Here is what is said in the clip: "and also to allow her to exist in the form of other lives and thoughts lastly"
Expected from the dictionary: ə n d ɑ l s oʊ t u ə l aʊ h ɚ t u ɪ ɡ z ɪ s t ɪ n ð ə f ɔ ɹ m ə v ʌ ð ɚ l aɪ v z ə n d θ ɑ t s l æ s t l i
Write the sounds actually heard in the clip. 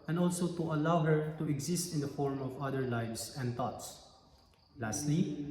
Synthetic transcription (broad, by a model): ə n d ɑ l s oʊ t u ə l aʊ h ɚ t u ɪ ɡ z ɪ s t ɪ n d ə f ɔ ɹ m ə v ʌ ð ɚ l aɪ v s ə n d t ɑ t s l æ s t l i